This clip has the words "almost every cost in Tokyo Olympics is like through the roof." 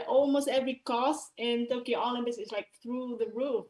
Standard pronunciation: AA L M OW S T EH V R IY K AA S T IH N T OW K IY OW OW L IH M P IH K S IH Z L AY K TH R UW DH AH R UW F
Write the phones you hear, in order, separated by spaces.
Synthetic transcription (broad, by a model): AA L M OW S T EH V R IY K AA S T IH N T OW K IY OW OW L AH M B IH S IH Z L AY K TH R UW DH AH R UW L